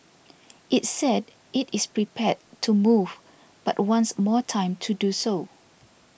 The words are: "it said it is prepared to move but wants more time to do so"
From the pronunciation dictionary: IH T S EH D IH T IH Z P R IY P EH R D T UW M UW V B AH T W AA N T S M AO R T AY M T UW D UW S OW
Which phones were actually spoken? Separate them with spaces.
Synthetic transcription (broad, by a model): IH T S EH D IH T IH S P R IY P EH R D T UW M UW V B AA T W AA N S M AO T AY M T UW D UW S OW